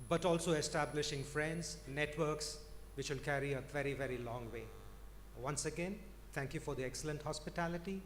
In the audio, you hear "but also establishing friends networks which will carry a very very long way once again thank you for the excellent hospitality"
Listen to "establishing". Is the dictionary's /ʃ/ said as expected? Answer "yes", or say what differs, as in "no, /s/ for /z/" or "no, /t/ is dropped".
yes